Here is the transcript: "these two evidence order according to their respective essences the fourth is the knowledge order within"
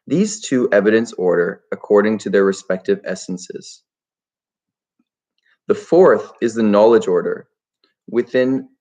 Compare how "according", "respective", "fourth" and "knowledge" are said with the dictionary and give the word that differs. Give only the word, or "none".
none